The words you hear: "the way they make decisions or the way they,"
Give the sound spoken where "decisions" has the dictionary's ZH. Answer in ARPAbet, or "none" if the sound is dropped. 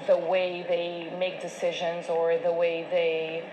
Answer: ZH